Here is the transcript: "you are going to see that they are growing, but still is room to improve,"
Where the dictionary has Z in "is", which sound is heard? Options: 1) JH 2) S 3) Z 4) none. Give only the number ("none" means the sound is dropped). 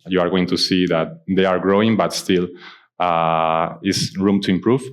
2